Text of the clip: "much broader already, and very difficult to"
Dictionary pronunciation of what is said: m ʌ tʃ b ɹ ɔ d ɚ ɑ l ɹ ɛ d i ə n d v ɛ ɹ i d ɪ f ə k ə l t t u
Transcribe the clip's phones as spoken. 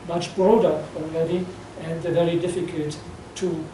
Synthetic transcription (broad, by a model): m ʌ tʃ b ɹ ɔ d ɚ ɑ l ɹ ɛ d i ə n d v ɛ ɹ i d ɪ f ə k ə l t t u